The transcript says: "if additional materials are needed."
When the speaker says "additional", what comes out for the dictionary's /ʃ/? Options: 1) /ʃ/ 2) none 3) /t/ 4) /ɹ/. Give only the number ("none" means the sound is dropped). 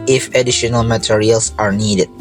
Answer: 1